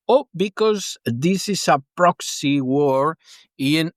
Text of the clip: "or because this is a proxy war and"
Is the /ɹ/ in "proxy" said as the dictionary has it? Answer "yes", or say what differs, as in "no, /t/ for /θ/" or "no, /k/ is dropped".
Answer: yes